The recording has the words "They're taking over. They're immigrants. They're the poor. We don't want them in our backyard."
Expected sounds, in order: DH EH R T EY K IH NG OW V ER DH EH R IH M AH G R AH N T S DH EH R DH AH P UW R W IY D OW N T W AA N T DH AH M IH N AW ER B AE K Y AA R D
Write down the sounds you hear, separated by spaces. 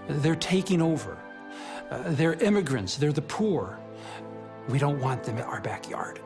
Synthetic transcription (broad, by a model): DH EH R T EY K IH NG OW V ER DH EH R IH M AH G R AH N T S DH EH R DH AH P UW R W IY D OW N T W AA N DH AH M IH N AW ER B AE K Y AA R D